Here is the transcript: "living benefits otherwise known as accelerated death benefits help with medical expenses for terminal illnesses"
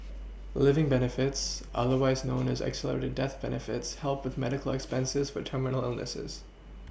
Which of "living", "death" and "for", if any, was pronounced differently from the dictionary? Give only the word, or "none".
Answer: none